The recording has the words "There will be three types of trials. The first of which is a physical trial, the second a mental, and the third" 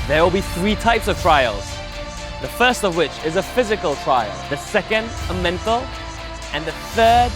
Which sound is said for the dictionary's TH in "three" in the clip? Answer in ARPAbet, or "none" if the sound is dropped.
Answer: TH